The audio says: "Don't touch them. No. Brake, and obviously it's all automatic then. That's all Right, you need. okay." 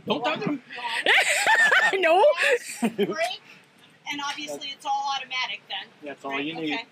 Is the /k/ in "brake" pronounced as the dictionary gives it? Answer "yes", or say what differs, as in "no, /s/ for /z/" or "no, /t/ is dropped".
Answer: no, /k/ is dropped